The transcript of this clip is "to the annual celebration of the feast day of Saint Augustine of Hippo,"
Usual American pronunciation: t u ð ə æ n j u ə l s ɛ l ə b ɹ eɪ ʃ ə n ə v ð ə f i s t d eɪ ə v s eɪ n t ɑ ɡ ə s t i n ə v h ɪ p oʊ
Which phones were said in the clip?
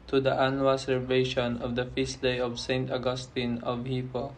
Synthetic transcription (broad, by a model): t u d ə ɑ n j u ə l s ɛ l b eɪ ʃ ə n ə v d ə f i s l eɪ ə v s eɪ n t ɑ ɡ ə s t i n ə v h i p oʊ